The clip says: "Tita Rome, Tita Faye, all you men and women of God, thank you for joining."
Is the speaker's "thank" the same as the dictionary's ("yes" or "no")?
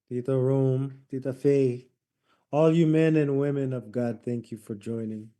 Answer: yes